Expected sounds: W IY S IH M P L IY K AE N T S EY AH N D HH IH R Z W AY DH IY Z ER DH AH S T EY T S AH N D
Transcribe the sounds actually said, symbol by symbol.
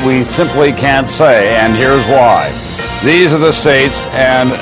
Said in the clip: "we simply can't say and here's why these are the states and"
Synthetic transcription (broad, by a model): W IY S IH M P L IY K AE N T S EY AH N HH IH R Z W AY DH IY Z ER DH AH S T EY T S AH N